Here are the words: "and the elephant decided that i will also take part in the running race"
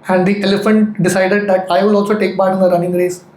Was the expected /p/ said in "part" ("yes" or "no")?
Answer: no